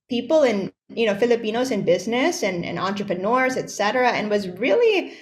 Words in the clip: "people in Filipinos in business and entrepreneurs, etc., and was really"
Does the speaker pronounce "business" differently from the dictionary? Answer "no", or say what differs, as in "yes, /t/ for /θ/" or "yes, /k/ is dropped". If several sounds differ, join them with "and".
no